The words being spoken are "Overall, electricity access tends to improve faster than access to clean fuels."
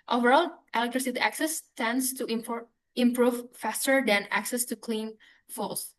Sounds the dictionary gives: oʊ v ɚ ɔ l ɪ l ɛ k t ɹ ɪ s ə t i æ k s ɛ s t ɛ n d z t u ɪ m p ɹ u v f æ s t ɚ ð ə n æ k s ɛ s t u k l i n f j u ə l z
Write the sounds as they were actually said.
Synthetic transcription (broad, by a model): oʊ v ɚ ɔ l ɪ l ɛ k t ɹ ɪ s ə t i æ k s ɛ s t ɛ n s t u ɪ m p ɹ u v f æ s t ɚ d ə n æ k s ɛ s t u k l i n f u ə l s